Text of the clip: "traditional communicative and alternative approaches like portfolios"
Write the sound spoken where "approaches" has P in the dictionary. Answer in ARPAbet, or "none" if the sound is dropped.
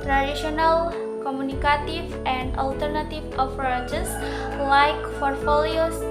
F